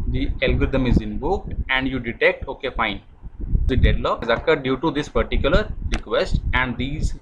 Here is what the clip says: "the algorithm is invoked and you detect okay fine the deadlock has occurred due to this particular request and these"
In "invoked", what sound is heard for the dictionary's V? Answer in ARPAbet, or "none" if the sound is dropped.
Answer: B